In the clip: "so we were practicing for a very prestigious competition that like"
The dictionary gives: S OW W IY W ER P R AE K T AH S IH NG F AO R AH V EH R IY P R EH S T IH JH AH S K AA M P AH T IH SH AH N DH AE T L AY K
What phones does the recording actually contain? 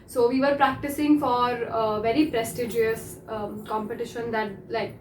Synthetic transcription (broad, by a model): S OW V IY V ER P R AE K T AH S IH NG F AO R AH V EH R IY P R EH S T IH JH AH S K AA M P AH T IH SH AH N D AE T L AY K